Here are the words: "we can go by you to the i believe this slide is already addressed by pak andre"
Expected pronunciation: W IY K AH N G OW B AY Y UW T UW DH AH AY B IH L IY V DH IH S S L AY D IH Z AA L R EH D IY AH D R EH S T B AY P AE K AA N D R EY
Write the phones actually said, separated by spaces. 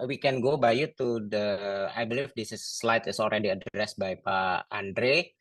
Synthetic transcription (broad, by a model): W IY K AH N G OW B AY Y UW T UW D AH AY B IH L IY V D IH S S L AY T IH S AA L R EH D IY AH D R EH S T B AY P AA AA N D R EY